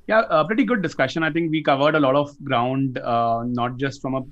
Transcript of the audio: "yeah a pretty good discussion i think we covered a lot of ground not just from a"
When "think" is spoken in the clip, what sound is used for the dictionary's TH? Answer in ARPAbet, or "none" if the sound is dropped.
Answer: T